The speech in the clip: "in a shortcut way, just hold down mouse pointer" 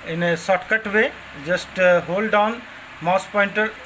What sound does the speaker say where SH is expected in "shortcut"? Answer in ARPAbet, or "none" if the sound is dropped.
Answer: S